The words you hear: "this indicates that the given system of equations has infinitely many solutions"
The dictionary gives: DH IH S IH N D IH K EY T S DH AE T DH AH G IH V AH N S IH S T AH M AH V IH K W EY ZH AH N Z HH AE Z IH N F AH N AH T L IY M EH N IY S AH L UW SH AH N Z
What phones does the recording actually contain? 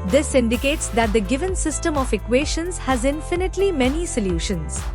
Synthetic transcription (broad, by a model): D IH S IH N D IH K EY T S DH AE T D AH G IH V AH N S IH S T AH M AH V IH K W EY SH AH N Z HH AE Z IH N F AH N AH T L IY M EH N IY S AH L UW SH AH N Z